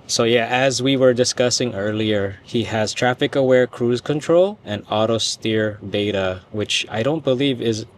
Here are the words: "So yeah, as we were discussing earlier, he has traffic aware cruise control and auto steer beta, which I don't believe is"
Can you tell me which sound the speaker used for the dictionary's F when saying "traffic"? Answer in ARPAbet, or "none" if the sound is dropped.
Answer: F